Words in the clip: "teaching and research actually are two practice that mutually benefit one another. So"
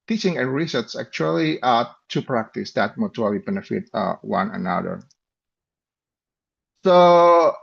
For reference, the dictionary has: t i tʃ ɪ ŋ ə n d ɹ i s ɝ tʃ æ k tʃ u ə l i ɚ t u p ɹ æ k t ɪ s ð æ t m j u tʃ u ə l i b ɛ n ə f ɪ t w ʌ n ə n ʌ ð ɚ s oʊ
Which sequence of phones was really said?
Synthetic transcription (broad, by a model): t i tʃ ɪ ŋ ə n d ɹ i s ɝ s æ k tʃ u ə l i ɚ t u p ɹ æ k t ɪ s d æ t m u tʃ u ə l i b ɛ n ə f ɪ t w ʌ n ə n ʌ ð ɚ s oʊ